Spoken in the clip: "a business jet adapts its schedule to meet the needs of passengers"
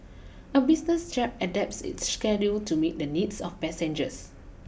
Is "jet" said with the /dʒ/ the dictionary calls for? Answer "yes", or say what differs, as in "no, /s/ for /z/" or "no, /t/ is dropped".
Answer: no, /tʃ/ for /dʒ/